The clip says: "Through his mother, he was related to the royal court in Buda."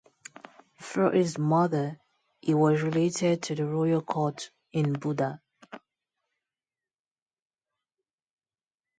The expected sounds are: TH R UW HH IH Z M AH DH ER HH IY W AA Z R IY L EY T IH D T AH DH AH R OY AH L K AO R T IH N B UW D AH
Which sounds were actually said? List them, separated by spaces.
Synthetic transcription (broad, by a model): F R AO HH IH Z M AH DH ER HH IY W AA Z R IY L EY T IH D T AH DH AH R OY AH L K AO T IH N B UW D AH